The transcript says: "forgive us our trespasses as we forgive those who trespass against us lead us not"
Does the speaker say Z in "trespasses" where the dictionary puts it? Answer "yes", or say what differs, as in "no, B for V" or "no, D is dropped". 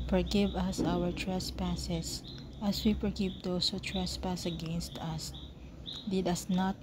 no, S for Z